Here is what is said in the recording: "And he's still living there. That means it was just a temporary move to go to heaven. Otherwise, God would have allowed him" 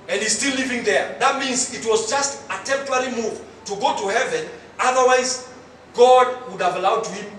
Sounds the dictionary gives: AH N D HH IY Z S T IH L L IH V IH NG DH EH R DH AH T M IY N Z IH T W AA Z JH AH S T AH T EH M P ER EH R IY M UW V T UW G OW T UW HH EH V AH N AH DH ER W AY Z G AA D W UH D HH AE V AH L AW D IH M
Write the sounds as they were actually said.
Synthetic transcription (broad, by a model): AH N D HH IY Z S T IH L L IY V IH NG DH EH R DH AH T M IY N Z IH T W AA Z JH AH S T AH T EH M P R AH L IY M UW V T UW G OW T UW HH EH V AH N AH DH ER W AY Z G AA D W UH D HH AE V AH L AW D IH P